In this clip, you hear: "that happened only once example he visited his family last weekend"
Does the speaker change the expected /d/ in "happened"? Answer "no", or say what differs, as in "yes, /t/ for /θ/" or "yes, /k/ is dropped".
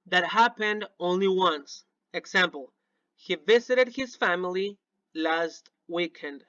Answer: no